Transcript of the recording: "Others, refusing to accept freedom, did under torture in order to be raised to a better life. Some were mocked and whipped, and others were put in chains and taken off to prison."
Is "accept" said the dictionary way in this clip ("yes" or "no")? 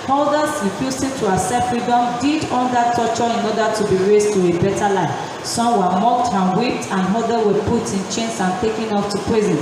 no